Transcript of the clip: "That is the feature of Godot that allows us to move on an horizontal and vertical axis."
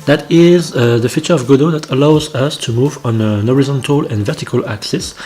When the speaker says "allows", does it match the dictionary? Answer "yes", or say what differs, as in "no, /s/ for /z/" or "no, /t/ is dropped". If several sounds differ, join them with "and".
yes